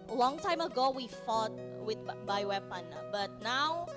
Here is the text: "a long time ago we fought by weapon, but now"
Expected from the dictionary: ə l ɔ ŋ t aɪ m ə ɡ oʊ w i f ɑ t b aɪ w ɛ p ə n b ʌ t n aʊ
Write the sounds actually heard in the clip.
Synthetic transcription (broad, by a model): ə l ɔ ŋ t aɪ m ə ɡ oʊ w i f ɑ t b aɪ w ɛ p ə n b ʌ t n aʊ